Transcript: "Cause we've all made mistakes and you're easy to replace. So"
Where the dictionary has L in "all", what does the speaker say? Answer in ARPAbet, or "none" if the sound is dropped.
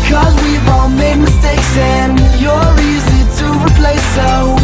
N